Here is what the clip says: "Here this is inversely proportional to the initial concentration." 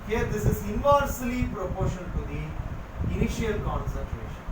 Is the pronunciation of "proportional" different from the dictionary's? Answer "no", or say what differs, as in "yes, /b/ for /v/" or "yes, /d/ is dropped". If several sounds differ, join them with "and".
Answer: yes, /n/ is dropped and /n/ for /l/